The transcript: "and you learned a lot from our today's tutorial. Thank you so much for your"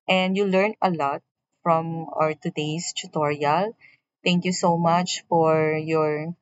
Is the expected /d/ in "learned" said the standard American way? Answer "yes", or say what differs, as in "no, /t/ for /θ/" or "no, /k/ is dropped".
no, /d/ is dropped